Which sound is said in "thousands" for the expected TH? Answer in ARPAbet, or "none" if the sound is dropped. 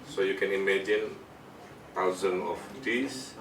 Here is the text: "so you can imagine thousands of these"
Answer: T